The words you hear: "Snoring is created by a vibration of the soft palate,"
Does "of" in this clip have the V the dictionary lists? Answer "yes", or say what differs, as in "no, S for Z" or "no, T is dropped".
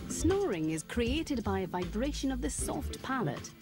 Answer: yes